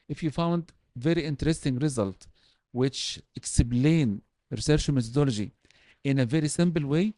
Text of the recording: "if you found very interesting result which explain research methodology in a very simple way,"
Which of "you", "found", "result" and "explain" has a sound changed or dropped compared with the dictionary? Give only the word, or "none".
explain